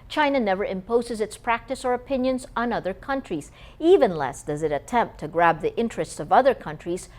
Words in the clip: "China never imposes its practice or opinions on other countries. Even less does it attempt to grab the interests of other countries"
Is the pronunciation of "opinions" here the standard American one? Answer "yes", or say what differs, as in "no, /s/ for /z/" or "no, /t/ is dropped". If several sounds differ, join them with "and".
yes